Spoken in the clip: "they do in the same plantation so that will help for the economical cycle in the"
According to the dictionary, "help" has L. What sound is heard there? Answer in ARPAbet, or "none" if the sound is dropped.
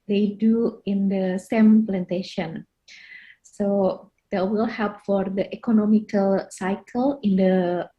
L